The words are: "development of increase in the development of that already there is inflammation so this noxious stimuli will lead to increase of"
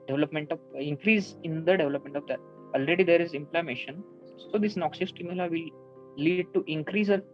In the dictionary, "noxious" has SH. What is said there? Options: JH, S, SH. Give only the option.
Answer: S